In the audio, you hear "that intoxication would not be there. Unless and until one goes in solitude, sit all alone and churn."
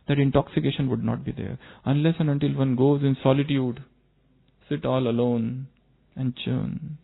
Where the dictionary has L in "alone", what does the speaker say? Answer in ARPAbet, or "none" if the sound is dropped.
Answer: L